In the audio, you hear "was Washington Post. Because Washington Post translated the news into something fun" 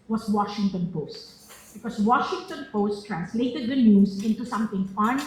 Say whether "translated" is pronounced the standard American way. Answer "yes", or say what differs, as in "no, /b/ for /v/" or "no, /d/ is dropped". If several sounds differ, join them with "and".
yes